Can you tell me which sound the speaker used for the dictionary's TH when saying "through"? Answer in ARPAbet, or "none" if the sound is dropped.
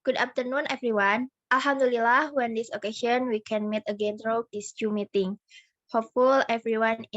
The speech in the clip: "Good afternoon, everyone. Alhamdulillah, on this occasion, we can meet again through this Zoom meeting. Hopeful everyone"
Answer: T